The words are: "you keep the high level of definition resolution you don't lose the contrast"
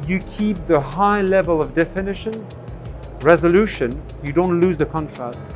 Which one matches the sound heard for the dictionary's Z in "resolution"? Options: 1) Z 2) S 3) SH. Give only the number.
1